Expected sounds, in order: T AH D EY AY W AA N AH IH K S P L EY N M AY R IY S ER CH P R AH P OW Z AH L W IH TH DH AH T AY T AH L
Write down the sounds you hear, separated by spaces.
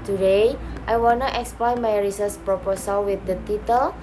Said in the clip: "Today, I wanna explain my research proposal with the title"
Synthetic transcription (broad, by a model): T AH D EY AY W AA N AH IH K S P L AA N M AY R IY S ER S P R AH P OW S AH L W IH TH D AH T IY T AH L